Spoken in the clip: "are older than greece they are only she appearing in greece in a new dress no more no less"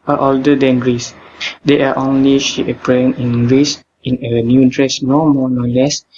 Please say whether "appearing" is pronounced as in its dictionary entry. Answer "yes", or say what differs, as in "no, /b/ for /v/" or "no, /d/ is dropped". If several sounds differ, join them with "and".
no, /ɹ/ is dropped